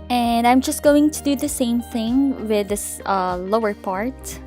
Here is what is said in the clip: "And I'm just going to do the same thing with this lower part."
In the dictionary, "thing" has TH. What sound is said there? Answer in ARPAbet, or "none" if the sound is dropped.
TH